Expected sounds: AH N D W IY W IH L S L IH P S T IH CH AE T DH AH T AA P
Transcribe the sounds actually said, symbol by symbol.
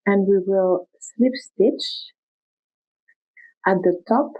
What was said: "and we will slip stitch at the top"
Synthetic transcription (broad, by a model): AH N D W IY W IH L S L IH P S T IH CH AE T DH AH T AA P